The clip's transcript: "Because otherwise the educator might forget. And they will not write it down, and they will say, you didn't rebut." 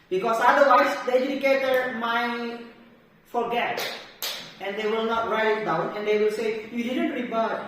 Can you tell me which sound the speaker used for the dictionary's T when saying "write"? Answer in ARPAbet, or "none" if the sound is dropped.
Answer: none